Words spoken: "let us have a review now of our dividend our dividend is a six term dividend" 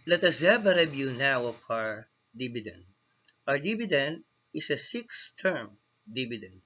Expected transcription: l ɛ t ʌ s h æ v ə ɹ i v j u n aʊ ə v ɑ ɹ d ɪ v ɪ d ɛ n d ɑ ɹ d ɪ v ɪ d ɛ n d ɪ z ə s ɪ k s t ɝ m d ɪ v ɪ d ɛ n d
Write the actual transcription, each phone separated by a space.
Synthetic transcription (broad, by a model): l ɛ t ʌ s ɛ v ə ɹ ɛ b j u n aʊ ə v ɑ ɹ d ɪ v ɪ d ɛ n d ɑ ɹ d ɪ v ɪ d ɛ n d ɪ s ə s ɪ k s t ɝ m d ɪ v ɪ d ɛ n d